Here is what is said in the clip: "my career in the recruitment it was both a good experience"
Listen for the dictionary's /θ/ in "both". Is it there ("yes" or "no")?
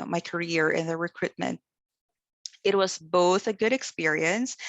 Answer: yes